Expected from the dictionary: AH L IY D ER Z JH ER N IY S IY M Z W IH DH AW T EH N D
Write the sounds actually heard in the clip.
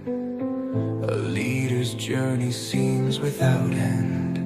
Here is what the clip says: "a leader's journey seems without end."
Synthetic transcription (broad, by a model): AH L IY D ER Z JH ER N IY S IY M Z W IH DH AW T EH N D